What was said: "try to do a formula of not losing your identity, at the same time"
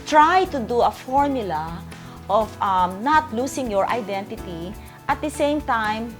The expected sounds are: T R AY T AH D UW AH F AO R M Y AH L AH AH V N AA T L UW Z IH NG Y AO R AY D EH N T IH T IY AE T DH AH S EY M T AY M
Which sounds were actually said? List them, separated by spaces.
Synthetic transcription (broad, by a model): T R AY T AH D UW AH F AO R M Y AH L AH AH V N AA T L UW S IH NG Y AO R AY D EH N T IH T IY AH T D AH S EY M T AY M